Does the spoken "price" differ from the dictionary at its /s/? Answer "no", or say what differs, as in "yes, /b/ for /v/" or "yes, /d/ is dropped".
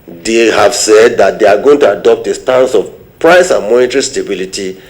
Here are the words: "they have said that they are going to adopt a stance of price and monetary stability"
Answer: no